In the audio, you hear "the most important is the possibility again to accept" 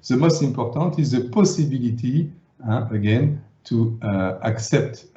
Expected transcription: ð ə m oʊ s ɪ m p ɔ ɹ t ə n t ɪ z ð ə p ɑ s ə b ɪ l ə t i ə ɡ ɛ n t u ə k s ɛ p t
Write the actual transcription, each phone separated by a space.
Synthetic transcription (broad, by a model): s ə m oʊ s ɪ p ɔ ɹ t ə t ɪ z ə p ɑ s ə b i l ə t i ə ɡ ɛ n t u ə k s ɛ p t